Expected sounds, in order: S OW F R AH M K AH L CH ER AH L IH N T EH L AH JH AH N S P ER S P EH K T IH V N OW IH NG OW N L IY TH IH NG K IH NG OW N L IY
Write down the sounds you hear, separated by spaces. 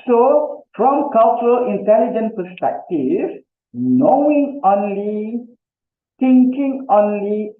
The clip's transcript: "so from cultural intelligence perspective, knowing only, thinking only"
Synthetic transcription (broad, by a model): S OW F R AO M K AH L CH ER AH L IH N T EH L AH JH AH N P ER S P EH K T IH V N OW IH NG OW N L IY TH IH NG K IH NG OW N L IY